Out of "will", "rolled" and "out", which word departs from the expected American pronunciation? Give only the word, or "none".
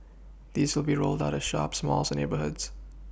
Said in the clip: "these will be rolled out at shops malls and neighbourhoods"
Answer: none